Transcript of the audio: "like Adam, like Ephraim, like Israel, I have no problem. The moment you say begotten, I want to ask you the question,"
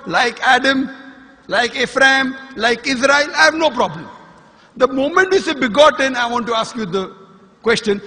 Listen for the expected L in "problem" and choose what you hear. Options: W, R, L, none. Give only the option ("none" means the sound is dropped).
L